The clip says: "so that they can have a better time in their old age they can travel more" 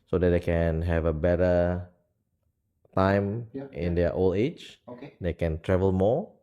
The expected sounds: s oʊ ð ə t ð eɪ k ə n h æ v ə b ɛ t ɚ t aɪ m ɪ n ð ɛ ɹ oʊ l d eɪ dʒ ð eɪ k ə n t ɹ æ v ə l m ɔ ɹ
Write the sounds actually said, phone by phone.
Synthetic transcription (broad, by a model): s oʊ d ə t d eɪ k ə n h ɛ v ə b ɛ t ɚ t aɪ m ɪ n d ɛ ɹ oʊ l eɪ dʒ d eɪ k ə n t ɹ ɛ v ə l m ɔ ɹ